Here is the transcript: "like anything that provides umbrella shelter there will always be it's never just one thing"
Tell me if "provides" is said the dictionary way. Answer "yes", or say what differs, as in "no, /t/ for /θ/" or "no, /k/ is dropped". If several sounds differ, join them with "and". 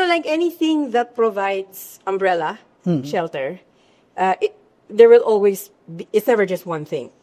no, /s/ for /z/